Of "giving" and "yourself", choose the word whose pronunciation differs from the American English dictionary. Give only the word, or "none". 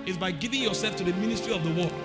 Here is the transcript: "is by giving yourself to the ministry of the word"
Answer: none